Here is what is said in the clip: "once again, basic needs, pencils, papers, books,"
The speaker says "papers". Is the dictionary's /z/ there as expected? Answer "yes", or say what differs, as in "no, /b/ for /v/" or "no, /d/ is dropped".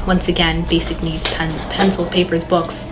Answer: yes